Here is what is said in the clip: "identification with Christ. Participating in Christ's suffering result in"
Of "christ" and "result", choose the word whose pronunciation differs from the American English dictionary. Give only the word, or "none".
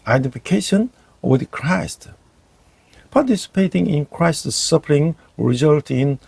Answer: none